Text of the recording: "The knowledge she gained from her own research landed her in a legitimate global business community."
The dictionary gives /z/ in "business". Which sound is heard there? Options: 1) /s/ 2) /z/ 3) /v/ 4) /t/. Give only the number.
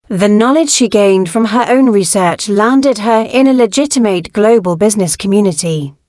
2